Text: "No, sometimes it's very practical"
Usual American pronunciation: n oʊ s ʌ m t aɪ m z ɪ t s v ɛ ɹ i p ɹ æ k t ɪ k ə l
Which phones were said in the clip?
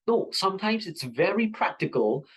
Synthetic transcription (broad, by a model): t s ʌ m t aɪ m z ɪ t s v ɛ ɹ i p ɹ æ k t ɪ k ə l